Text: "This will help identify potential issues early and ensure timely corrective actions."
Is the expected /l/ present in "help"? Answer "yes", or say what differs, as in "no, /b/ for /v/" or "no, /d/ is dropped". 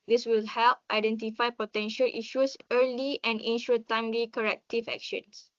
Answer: yes